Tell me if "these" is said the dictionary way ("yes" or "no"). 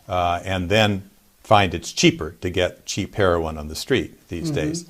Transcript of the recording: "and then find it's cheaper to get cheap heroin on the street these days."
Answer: yes